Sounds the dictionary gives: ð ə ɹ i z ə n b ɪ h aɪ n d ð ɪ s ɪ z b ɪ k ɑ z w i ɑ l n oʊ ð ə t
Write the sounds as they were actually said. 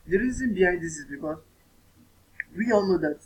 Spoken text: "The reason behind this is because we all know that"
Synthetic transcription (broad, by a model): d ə ɹ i z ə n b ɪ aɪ d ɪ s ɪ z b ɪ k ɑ w i ɑ l n oʊ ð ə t